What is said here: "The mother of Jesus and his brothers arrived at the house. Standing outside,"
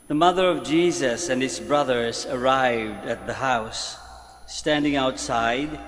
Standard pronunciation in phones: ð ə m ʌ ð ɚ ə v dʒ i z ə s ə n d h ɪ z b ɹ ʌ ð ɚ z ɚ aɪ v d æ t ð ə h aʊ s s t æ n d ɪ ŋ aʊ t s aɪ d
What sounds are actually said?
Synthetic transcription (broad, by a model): ð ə m ʌ ð ɚ ə v dʒ i z ə s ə n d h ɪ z b ɹ ʌ ð ɚ z ɚ aɪ v d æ t ð ə h aʊ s s t æ n d ɪ ŋ aʊ t s aɪ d